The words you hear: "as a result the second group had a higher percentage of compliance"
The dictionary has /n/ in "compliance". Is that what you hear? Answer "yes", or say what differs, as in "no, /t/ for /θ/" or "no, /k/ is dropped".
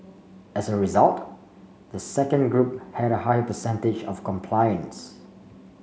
yes